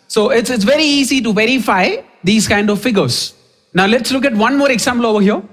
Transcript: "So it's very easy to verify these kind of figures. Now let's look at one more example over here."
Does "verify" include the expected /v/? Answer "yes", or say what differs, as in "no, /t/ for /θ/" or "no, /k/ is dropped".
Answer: yes